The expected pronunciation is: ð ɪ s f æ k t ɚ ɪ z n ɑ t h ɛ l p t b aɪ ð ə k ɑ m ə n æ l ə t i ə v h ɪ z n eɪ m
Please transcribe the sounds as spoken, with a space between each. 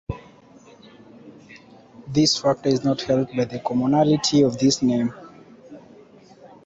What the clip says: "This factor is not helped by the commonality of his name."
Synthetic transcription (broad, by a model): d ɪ s f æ k t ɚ ɪ z n ɑ t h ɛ l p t b aɪ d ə k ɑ m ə n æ l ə t i ə v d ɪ s n eɪ m